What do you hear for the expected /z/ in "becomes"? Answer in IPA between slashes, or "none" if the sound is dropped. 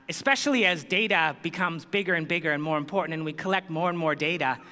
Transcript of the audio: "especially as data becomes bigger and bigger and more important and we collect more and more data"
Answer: /z/